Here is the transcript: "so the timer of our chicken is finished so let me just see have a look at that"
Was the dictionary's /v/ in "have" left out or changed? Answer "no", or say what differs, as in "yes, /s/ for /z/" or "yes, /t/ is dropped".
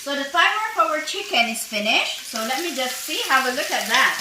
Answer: yes, /w/ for /v/